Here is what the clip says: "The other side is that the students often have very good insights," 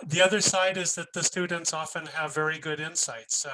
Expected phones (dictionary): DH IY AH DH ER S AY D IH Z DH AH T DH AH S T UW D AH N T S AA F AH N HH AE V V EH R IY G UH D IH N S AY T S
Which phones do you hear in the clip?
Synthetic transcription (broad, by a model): DH IY AH DH ER S AY D IH Z DH AH T DH AH S T UW D N T S AA F AH N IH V V EH R IY G UH D IH N S AY T S